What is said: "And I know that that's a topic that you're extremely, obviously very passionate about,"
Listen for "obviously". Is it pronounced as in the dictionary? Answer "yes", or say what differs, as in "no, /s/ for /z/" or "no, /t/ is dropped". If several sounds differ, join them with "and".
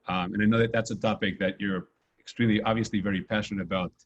yes